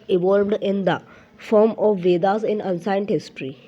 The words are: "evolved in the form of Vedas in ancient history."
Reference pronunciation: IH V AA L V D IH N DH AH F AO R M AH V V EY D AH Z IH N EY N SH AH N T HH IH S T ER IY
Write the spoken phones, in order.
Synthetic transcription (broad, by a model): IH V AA L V D IH N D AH F AO R M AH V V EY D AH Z IH N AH N S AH N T HH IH S T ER IY